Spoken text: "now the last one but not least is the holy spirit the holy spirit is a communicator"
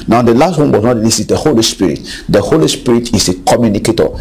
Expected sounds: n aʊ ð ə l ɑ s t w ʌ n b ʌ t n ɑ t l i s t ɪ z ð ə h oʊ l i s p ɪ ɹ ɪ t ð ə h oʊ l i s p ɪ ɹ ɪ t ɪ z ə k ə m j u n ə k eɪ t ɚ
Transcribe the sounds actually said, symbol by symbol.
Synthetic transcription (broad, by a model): n aʊ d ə l ɑ s t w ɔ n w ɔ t n ɑ t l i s ɪ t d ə h oʊ l i s p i ɹ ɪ t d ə h oʊ l i s p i ɹ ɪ t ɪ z ə k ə m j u n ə k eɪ t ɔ